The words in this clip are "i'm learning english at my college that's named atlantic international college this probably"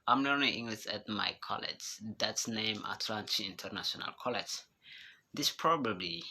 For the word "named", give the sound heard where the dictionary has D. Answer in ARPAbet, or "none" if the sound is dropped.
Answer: none